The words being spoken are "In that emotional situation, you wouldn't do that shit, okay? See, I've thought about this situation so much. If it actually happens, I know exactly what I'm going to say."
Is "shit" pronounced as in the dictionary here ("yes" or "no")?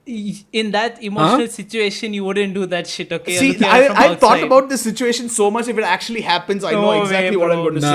yes